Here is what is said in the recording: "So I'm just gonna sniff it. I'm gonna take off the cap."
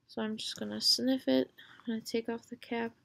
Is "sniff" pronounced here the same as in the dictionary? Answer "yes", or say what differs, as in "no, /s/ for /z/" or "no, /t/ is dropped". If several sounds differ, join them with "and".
yes